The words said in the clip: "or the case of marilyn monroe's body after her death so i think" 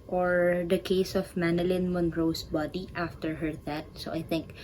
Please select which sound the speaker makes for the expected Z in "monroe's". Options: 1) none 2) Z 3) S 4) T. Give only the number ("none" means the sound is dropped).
3